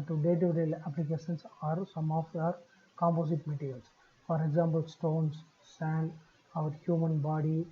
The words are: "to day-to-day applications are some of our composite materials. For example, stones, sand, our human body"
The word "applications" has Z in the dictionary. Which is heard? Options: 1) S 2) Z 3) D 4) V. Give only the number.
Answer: 1